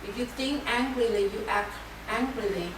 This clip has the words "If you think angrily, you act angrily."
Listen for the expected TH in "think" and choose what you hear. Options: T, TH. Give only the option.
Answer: T